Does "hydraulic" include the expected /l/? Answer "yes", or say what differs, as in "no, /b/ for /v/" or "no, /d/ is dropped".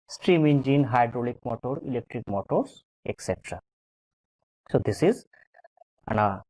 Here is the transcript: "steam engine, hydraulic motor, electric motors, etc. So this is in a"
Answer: yes